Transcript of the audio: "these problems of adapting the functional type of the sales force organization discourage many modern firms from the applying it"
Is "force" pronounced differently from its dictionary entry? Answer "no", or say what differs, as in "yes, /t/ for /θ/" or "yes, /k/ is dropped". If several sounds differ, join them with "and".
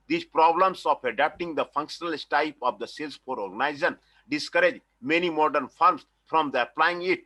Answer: yes, /s/ is dropped